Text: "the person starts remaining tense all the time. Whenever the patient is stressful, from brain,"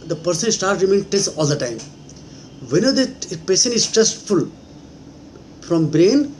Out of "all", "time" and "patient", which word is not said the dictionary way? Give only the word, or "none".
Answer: patient